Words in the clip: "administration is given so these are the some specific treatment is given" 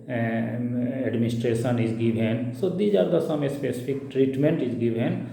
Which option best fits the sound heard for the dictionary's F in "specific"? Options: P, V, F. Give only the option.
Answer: P